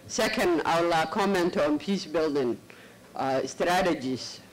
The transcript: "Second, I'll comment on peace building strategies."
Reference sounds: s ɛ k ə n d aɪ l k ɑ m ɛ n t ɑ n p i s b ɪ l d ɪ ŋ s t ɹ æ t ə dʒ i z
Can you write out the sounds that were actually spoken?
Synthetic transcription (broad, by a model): s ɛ k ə n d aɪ l k ɑ m ɛ n t ɑ n p i s b ɪ l d ɪ ŋ s t ɹ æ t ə dʒ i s